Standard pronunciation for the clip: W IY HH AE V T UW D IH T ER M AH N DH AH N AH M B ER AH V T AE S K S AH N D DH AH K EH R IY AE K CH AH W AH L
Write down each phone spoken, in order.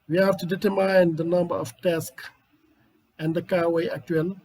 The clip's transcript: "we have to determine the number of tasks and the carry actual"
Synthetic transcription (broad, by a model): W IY HH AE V T UW D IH T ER M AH N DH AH N AH M B ER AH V T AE S K AH N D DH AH K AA W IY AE K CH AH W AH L